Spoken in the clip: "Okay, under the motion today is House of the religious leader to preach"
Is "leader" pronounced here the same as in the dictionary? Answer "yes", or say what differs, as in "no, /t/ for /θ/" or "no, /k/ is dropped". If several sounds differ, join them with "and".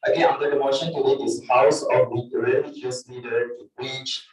no, /n/ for /l/